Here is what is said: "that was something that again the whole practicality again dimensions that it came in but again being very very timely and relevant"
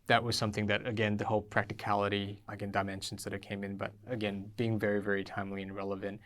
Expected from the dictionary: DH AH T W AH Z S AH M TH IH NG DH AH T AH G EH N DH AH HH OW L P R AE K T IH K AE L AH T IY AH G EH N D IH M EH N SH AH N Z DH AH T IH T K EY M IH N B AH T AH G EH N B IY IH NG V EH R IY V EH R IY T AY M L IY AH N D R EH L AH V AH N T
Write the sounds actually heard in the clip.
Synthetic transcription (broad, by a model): DH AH T W AH Z S AH M TH IH NG DH AH T AH G EH N DH AH HH OW L P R AE K T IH K AE L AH T IY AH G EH N D IH M EH N SH N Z DH AH T IH T K EY M IH N B AH T AH G EH N B IY IH NG V EH R IY V EH R IY T AY M L IY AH N R EH L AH V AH N T